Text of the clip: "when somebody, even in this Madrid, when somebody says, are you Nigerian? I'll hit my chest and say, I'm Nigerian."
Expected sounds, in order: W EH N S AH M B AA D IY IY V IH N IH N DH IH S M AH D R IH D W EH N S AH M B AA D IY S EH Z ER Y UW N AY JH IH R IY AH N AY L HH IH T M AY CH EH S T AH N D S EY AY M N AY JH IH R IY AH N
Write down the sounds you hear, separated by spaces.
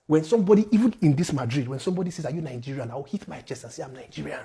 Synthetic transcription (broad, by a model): W EH N S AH M B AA D IY IY V IH N IH N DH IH S M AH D R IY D W EH N S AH M B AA D IY S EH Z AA Y UW N AY JH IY R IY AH N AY W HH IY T M AY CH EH S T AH N S EY AY M N AY JH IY R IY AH N